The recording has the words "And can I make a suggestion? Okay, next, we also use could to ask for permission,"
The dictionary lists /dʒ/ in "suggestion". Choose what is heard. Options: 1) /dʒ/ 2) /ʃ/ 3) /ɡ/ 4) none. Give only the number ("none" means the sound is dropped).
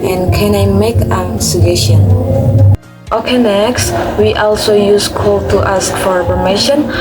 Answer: 4